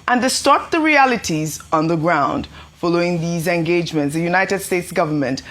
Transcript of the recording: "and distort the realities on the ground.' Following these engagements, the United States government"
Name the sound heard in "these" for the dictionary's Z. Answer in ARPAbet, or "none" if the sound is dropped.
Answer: Z